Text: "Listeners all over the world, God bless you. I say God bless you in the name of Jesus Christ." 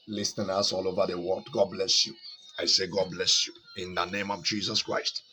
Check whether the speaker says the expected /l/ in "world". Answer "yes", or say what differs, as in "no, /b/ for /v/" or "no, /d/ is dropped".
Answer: no, /l/ is dropped